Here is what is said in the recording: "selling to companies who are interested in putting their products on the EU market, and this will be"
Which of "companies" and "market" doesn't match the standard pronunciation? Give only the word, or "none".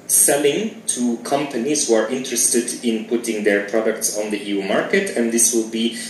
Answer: none